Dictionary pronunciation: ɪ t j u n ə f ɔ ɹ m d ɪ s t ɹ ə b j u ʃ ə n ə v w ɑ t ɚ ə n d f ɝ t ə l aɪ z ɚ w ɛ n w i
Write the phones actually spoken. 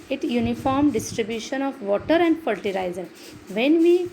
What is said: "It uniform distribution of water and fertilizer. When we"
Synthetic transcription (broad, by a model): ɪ t j u n ə f ɔ ɹ m d ɪ s t ɹ ə b j u ʃ ə n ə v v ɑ t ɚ ə n d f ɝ t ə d aɪ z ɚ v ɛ n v i